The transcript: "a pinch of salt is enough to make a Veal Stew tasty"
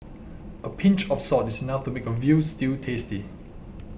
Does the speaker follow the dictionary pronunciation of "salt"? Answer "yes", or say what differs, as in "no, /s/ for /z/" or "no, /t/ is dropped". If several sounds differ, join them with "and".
no, /l/ is dropped